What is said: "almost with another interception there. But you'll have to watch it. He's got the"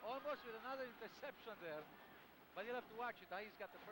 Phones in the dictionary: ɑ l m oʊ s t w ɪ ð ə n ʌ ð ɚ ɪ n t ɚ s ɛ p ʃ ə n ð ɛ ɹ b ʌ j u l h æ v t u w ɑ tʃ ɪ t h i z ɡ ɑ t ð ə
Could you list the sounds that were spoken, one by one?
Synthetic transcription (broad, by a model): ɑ l m oʊ s t w ɪ ð ə n ʌ ð ɚ ɪ n t ɚ s ɛ p ʃ ə n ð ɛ ɹ b ʌ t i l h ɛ f t u w ɑ tʃ ɪ t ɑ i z ɡ ɑ t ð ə